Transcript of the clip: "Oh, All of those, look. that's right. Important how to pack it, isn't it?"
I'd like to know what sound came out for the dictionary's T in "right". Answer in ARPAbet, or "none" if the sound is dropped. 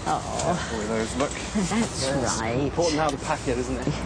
none